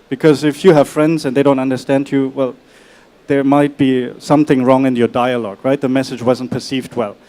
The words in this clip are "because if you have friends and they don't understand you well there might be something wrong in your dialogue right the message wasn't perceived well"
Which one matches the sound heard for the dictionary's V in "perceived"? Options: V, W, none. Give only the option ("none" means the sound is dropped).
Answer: V